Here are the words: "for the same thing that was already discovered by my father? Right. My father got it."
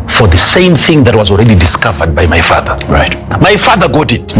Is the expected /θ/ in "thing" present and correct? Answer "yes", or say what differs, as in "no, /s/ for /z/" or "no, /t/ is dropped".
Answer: yes